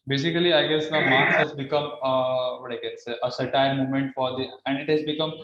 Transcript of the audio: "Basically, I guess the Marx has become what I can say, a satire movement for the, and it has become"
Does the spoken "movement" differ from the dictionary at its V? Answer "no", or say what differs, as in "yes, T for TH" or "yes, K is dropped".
yes, V is dropped